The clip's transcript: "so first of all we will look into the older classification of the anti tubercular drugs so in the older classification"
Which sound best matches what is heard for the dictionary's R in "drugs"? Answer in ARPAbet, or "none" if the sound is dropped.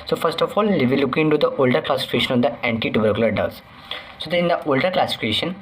none